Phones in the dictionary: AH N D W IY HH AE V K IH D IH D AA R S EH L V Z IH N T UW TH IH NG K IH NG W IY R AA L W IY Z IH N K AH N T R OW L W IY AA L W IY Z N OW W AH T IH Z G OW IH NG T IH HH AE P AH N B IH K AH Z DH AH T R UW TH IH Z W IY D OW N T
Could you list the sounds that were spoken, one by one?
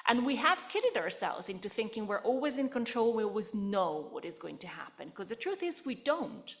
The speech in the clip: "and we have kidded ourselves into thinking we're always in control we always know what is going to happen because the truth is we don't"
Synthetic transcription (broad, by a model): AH N W IY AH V K IH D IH D AA R S EH L V Z IH N T UW TH IH NG K IH NG W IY R AA L W IY Z IH N K AH N T R OW L W IY AA L W IY Z N OW W AH T IH Z G OW IH NG T IH HH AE P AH N K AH Z DH AH T R UW TH IH Z W IY D OW N T